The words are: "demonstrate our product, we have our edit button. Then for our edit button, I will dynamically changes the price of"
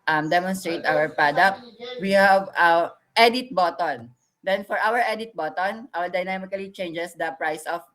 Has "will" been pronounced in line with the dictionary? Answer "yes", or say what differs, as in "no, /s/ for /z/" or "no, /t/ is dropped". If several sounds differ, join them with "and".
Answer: no, /w/ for /l/